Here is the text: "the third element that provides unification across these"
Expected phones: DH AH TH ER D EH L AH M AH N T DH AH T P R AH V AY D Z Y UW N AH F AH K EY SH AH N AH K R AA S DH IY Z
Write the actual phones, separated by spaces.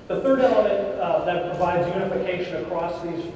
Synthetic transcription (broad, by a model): DH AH TH ER D EH L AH M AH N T DH AH T P R AH V AY D Z Y UW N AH F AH K EY SH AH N AH K R AA S DH IY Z